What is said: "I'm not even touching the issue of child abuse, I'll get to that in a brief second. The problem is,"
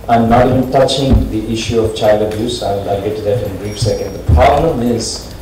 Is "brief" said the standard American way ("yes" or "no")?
no